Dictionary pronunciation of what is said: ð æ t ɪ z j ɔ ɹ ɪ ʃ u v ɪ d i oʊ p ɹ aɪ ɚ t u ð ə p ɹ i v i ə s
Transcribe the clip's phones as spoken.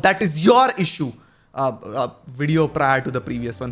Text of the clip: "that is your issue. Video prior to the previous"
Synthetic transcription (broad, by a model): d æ t ɪ z j ɔ ɹ ɪ ʃ u v ɪ d i oʊ p ɹ aɪ ɚ t u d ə p ɹ i v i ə s